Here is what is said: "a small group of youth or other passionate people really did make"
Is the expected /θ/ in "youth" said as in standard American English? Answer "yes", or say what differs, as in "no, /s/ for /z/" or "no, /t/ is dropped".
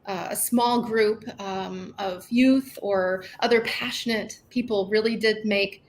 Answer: yes